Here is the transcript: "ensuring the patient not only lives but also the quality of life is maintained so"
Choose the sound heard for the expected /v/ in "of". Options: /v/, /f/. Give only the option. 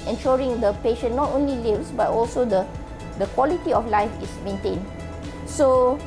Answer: /f/